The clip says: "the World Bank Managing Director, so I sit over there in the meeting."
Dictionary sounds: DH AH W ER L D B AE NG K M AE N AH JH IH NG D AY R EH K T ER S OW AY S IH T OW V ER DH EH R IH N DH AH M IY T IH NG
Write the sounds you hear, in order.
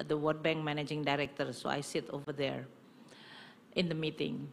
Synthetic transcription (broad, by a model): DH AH W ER D B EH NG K M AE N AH JH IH NG D AY R EH K T ER S OW AY S IH T OW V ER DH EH R IH N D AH M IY T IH NG